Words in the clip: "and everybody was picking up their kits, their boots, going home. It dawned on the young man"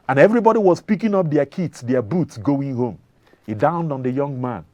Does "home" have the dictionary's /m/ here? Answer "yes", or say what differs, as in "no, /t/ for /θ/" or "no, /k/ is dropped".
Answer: yes